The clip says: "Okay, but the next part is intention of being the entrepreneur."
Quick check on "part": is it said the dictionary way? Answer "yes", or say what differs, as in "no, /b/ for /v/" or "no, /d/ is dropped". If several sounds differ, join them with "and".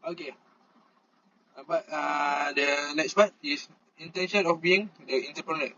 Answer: no, /b/ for /p/